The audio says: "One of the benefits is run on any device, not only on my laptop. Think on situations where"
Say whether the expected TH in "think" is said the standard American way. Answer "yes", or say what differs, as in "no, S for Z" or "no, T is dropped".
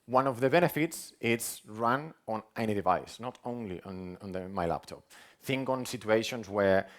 yes